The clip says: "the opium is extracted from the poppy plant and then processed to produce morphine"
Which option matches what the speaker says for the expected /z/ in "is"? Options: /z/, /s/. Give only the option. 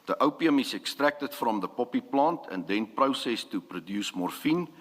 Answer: /s/